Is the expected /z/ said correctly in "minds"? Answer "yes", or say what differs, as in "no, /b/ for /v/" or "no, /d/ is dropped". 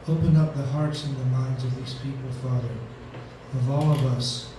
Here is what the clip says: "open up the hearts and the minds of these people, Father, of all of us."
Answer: yes